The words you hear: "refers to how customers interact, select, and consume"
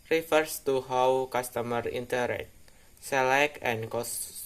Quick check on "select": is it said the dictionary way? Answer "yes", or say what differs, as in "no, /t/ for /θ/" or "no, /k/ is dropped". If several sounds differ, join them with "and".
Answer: no, /t/ is dropped